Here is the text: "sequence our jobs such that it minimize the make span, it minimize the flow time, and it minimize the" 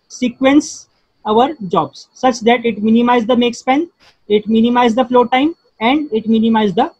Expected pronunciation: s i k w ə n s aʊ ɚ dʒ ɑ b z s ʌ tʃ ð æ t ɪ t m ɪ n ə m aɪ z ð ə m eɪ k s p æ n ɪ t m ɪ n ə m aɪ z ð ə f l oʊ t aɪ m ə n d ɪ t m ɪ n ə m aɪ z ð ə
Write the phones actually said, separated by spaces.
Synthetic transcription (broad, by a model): s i k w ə n s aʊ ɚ dʒ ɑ b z s ʌ tʃ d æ t ɪ t m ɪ n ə m aɪ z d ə m eɪ k s p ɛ n ɪ t m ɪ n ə m aɪ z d ə f l oʊ t aɪ m ə n d ɪ t m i n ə m aɪ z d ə